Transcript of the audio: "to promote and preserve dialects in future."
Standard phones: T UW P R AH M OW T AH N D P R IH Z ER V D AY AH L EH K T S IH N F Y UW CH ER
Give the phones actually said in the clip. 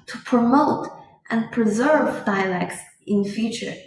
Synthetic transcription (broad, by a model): T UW P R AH M OW T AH N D P R IH Z ER V D AY AH L EH K T S IH N F Y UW CH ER